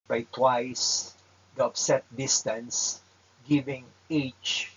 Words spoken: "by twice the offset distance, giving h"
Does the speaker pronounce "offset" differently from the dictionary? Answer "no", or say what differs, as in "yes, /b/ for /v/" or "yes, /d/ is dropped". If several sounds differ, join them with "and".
yes, /p/ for /f/